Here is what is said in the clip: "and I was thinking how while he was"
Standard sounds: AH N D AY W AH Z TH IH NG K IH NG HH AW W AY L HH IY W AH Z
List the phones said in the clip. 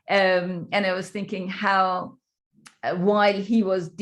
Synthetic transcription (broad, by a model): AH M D AY W AH Z TH IH NG K IH NG HH AW W AY L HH IY W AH Z